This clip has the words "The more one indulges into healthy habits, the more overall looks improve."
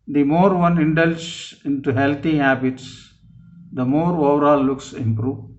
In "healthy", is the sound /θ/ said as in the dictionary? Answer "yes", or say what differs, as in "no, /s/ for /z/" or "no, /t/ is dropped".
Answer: no, /t/ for /θ/